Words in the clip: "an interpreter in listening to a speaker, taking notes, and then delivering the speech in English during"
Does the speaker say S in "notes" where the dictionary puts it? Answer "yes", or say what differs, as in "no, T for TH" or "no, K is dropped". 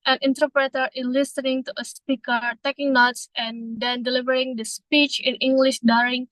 yes